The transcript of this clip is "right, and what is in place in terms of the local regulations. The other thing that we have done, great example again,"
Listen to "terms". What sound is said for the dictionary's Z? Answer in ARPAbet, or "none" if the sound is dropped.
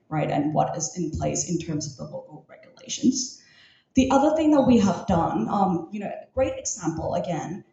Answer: Z